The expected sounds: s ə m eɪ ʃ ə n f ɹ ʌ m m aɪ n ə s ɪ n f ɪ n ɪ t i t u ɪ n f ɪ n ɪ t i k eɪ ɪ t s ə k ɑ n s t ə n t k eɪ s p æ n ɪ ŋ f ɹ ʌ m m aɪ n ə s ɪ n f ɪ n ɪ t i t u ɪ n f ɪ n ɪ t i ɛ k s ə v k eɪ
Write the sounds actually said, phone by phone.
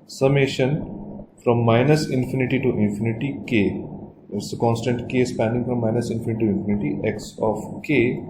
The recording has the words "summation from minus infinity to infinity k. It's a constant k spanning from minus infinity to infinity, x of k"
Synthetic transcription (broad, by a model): s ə m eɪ ʃ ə n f ɹ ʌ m m aɪ n ə s ɪ n f ɪ n ɪ t i t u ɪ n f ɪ n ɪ t i k eɪ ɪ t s ə k ɑ n s t ə n t k eɪ s p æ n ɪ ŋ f ɹ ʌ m m aɪ n ə s ɪ n f ɪ n ɪ t i t u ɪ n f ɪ n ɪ t i ɛ k s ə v k eɪ